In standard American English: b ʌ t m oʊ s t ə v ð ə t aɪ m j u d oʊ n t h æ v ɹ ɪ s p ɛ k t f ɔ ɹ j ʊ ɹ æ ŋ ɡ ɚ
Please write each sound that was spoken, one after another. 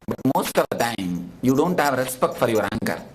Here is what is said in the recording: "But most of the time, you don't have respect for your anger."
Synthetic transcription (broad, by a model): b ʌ t m oʊ s t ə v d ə t aɪ m j u d oʊ n t h æ v ɹ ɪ s p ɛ k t f ɔ ɹ j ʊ ɹ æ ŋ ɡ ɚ